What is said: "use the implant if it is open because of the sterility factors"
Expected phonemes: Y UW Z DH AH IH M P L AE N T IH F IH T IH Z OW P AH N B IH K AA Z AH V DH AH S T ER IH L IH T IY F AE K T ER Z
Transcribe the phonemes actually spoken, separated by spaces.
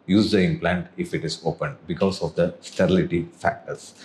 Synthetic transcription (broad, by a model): Y UW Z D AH IH M P L AE N T IH F IH T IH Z OW P AH N B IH K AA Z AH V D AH S T ER IH L IH T IY F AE K T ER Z